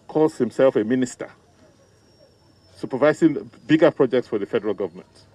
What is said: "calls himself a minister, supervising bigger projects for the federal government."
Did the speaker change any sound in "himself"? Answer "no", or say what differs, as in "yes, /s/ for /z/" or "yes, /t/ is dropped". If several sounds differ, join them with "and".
no